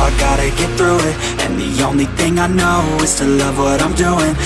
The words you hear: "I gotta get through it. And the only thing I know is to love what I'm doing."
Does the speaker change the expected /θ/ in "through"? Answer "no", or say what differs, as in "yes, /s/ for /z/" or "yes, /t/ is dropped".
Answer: no